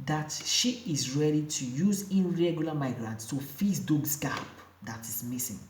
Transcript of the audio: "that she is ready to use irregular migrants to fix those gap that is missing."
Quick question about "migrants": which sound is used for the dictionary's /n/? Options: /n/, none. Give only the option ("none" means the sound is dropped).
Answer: /n/